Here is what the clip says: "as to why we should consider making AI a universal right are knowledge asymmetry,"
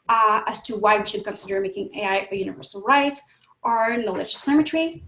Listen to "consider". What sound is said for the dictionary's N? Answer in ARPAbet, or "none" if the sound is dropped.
N